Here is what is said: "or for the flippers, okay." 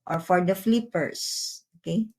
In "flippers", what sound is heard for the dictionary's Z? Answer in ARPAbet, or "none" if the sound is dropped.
S